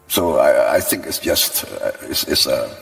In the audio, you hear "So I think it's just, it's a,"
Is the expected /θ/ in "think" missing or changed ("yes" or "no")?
no